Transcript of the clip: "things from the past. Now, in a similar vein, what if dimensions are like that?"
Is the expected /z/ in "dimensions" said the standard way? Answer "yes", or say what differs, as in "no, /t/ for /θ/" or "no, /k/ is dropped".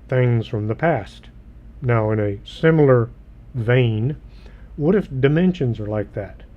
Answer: yes